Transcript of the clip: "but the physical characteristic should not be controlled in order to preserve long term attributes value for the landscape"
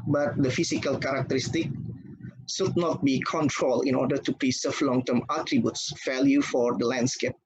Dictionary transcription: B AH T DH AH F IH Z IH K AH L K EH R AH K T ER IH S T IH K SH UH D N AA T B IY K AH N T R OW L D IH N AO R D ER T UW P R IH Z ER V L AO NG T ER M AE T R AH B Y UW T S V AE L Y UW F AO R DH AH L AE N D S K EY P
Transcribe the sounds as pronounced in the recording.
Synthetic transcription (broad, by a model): B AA T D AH F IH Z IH K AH L K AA R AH K T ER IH S T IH K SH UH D N AA T B IY K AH N T R OW L IH N AO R D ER T UW P R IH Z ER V L AO NG T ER M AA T R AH B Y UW T S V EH L Y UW F AO R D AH L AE N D S K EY P